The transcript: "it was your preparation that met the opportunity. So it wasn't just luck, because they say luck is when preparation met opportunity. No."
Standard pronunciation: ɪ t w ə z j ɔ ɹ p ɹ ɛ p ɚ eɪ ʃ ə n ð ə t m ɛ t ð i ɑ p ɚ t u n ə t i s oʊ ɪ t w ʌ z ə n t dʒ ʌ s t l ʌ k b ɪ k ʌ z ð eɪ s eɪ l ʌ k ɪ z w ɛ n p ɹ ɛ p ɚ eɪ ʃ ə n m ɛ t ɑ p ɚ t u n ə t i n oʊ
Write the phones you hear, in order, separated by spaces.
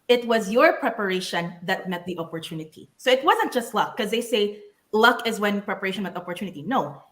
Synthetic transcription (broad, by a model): ɪ t w ə z j ɔ ɹ p ɹ ɛ p ɚ eɪ ʃ ə n ð ə t m ɛ t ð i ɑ p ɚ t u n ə t i s oʊ ɪ t w ʌ z ə n t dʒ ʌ s t l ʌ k k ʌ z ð eɪ s eɪ l ʌ k ɪ z w ɛ n p ɹ ɛ p ɚ eɪ ʃ ə n m ɛ t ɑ p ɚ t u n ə t i n oʊ